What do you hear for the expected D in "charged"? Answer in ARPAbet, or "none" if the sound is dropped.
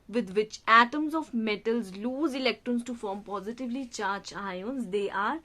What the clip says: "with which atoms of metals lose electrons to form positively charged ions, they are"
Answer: none